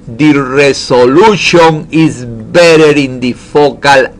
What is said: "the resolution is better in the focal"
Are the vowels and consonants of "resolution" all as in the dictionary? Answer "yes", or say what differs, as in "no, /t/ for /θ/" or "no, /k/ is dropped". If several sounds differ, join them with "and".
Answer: no, /s/ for /z/